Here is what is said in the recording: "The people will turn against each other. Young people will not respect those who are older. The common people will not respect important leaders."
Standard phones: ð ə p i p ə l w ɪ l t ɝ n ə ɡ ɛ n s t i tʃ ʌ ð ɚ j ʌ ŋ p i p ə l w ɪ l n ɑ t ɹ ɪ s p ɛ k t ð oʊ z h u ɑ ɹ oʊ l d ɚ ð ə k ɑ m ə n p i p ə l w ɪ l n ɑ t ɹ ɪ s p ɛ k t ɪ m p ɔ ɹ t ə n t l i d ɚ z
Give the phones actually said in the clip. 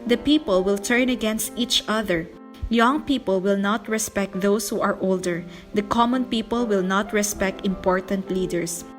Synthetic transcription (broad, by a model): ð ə p i p ə l w ɪ l t ɝ n ə ɡ ɛ n s t i tʃ ʌ ð ɚ j ʌ ŋ p i p ə l w ɪ l n ɑ t ɹ ɪ s p ɛ k t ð oʊ s h u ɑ ɹ oʊ l d ɚ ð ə k ɑ m ə n p i p ə l w ɪ l n ɑ t ɹ ɪ s p ɛ k t ɪ m p ɔ ɹ t ə n t l i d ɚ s